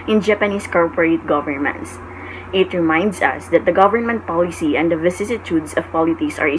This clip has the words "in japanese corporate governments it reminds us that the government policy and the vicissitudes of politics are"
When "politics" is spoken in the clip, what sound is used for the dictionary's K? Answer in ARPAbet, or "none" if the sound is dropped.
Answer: none